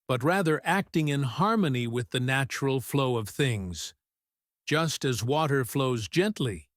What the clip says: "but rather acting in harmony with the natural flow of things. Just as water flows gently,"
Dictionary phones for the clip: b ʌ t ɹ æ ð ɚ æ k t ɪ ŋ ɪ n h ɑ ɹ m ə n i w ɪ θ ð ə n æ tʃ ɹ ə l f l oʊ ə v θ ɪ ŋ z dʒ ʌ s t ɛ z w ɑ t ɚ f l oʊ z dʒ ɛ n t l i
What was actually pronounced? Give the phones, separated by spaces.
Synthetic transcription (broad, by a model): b ʌ t ɹ æ ð ɚ æ k t ɪ ŋ ɪ n h ɑ ɹ m ə n i w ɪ ð ə n æ tʃ ɹ l f l oʊ ə v θ ɪ ŋ z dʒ ʌ s t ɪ z w ɑ t ɚ f l oʊ z dʒ ɛ n t l i